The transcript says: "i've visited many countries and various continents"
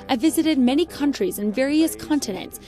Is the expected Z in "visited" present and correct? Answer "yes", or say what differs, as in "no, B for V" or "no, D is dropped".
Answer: yes